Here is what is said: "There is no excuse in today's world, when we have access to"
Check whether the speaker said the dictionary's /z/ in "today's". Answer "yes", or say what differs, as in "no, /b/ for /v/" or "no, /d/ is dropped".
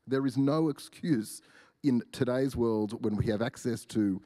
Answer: yes